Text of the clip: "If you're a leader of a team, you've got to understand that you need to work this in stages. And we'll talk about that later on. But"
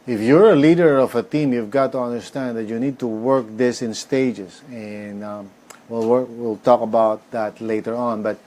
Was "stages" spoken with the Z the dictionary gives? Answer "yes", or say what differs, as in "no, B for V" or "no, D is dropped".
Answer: no, S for Z